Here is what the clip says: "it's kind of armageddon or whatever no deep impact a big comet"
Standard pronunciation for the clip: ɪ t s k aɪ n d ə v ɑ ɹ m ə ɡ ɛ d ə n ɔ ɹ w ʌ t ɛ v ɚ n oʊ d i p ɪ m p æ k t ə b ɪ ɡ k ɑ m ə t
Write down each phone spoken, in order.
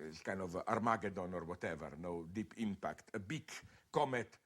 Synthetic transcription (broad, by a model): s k aɪ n ə v ɑ ɹ m ə ɡ ɛ d ə n ɔ ɹ w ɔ t ɛ v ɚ n oʊ d i p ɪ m p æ k t ə b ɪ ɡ k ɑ m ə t